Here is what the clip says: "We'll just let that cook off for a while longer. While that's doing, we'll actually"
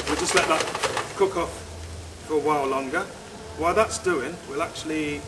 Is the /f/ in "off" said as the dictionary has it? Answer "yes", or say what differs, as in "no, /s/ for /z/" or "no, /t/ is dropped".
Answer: yes